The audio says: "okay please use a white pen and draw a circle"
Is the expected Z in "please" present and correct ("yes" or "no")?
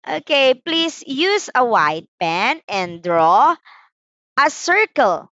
no